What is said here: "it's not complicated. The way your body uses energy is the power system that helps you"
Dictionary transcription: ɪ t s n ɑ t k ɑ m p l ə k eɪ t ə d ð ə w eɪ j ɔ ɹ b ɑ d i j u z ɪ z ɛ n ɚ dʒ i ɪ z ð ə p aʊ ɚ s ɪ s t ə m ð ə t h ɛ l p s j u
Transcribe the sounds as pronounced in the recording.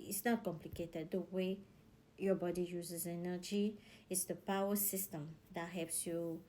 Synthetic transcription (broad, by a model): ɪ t s n ɑ t k ɑ m p l ə k eɪ t ə d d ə w eɪ j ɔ b ɑ d i j u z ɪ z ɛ n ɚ dʒ i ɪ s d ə p aʊ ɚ s ɪ s t ə m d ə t h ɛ p s j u